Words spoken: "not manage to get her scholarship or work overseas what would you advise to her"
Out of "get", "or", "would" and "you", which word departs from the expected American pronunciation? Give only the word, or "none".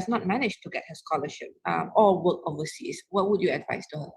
or